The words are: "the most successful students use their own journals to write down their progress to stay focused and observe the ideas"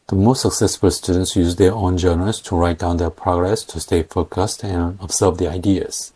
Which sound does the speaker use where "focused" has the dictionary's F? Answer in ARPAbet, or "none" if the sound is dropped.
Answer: F